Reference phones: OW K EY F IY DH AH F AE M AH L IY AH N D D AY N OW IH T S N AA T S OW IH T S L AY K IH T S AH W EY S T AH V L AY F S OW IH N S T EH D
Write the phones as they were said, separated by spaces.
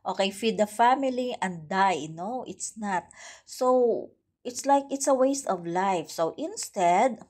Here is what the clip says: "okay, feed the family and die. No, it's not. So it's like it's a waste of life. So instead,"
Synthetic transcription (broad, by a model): OW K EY F IY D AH F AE M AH L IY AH N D D AY N OW IH T S N AA T S OW IH T S L AY K IH T S AH W EY S T AH V L AY F S OW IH N S T EH D